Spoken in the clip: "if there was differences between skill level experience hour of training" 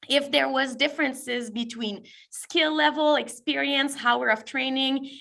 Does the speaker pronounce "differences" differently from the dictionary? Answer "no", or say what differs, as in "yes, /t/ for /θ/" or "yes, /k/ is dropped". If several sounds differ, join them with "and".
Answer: no